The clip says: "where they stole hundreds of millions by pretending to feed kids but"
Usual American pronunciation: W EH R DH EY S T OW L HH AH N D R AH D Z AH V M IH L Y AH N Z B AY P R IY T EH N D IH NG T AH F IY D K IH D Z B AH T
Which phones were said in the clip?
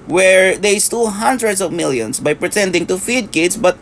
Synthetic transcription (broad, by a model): W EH R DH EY S T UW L HH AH N D R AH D S AH V M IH L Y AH N S B AY P R IY T EH N D IH NG T AH F IY D K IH D S B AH T